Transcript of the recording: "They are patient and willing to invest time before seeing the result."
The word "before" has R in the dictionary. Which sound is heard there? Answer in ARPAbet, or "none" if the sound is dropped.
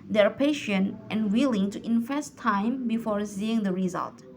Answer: R